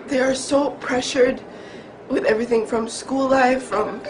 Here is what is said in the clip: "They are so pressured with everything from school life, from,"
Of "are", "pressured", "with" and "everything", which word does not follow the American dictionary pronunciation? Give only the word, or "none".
none